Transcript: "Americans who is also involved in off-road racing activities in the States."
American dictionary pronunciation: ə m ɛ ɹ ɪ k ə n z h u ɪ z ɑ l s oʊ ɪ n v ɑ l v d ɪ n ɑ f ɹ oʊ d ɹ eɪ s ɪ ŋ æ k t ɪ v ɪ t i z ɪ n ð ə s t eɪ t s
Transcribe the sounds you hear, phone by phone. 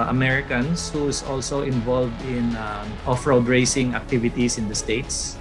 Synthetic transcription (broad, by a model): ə m ɛ ɹ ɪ k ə n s h u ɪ s ɑ l s oʊ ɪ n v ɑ l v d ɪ n ɑ f ɹ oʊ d ɹ eɪ s ɪ ŋ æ k t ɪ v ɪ t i s ɪ n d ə s t eɪ t s